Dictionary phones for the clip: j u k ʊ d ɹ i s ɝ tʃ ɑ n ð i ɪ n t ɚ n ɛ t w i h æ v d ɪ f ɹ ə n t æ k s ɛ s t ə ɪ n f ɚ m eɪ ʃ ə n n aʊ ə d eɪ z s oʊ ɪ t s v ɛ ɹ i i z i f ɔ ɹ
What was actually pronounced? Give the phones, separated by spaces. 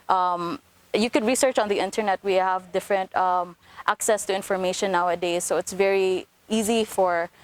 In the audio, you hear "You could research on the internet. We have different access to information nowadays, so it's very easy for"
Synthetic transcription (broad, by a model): j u k ʊ d ɹ i s ɝ tʃ ɑ n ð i ɪ n t ɚ n ɛ t w i h æ v d ɪ f ɹ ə n t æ k s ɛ s t ə ɪ n f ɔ m eɪ ʃ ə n n aʊ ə d eɪ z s oʊ ɪ t s v ɛ ɹ i i z i f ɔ ɹ